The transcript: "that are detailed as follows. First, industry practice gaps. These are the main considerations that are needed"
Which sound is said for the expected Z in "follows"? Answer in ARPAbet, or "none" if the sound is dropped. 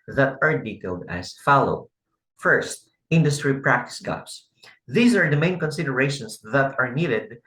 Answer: none